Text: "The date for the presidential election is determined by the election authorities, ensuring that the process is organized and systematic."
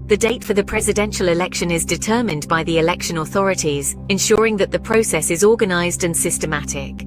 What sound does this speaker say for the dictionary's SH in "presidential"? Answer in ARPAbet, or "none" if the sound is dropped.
SH